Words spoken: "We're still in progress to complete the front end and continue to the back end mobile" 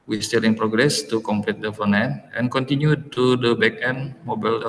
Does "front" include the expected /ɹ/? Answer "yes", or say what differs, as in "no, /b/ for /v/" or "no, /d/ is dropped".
no, /ɹ/ is dropped